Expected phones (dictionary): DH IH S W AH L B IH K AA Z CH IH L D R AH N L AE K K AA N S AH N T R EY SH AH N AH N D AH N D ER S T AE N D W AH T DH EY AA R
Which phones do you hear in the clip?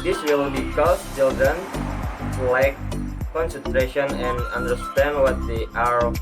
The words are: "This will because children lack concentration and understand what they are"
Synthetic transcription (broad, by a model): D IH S W AH L B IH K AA S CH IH L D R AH N L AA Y K AA N S AH N T R EY SH AH N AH N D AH N D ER S T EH N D W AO T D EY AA R